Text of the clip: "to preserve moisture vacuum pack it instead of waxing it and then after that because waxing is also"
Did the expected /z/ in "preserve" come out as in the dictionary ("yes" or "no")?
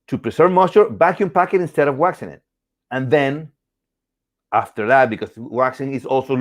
no